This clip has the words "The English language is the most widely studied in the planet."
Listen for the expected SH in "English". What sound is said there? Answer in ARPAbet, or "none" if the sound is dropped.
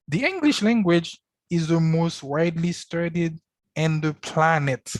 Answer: SH